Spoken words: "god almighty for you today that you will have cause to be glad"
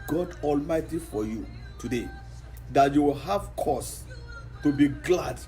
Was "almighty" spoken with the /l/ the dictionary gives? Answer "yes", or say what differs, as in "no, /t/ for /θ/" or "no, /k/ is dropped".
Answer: yes